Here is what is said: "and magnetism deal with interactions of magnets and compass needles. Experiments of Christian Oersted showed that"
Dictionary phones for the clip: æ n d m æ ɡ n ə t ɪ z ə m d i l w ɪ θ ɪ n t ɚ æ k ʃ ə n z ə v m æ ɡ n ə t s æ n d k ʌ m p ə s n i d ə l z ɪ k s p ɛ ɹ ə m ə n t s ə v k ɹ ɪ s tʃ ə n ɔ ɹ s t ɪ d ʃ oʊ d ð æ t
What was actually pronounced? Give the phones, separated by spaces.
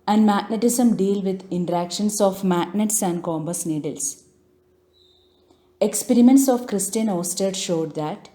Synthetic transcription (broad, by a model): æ n d m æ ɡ n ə t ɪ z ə m d i l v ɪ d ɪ n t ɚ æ k ʃ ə n s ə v m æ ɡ n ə t s æ n d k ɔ m b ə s n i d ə l s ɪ k s p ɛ ɹ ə m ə n t s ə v k ɹ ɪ s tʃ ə n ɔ s t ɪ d ʃ oʊ d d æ t